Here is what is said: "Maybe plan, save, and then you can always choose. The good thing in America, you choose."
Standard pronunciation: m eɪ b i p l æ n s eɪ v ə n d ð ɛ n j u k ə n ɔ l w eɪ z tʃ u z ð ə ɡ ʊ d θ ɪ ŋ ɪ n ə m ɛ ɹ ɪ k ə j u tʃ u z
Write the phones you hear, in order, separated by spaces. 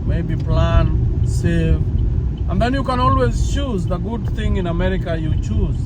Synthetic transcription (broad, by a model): m eɪ b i p l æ n s eɪ v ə n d ð ɛ n j u k ə n ɔ l w eɪ z tʃ u z ð ə ɡ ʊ d θ ɪ ŋ ɪ n ə m ɛ ɹ ɪ k ə j u tʃ u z